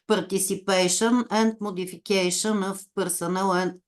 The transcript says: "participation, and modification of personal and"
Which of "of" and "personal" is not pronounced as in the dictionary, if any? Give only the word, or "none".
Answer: of